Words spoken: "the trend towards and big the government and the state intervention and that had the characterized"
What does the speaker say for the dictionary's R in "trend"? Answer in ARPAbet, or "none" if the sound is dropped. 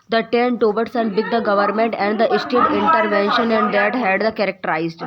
none